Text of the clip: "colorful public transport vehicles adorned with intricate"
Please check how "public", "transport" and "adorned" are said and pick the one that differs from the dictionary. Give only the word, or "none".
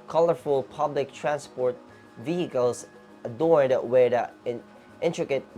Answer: adorned